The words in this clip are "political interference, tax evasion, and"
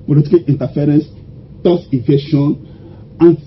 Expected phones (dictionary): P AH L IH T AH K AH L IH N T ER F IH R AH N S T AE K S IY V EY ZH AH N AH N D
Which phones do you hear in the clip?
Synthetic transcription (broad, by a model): P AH L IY T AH K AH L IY N T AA F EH R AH N S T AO S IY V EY SH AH N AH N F